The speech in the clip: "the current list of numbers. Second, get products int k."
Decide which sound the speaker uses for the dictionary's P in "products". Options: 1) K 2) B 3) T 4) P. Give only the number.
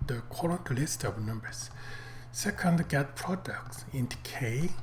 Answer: 4